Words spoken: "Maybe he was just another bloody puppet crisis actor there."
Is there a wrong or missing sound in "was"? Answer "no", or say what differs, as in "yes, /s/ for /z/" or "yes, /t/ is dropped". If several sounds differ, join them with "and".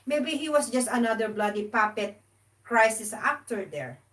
yes, /s/ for /z/